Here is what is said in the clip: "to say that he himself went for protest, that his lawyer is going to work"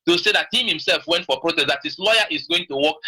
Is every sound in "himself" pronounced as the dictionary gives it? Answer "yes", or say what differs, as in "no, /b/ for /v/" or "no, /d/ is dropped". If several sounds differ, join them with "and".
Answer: yes